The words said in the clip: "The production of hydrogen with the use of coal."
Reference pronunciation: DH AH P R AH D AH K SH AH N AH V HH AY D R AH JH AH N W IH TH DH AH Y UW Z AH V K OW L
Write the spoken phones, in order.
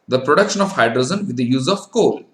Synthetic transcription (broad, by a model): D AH P R AH D AH K SH AH N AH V HH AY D R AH Z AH N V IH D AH Y UW Z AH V K OW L